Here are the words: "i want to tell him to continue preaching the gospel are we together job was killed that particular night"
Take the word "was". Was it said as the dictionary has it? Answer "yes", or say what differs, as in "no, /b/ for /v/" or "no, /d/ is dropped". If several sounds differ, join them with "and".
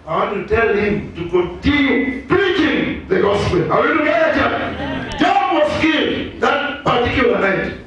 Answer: no, /s/ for /z/